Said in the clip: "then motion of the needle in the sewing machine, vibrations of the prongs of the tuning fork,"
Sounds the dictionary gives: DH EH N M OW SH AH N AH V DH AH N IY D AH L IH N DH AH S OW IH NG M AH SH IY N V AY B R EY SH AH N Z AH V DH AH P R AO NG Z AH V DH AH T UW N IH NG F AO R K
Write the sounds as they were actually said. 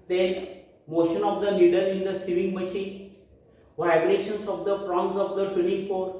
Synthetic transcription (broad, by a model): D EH N M OW SH AH N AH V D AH L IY D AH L IH N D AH S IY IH NG M AH SH IY N V AY B R EY SH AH N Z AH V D AH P R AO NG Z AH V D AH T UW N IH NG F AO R